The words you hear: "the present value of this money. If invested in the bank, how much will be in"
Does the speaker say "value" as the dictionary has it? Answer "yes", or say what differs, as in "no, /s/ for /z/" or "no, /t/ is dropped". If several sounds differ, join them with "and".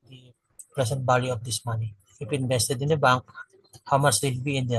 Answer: no, /b/ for /v/